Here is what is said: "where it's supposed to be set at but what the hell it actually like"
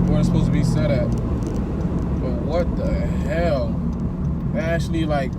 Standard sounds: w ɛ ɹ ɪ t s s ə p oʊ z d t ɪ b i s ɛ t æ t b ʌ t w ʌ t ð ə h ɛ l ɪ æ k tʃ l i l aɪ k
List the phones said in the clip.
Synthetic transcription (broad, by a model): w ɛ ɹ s s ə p oʊ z t ɪ b i s ɛ t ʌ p b ʌ t w ʌ t ð ə h ɛ l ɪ æ k tʃ l i l aɪ k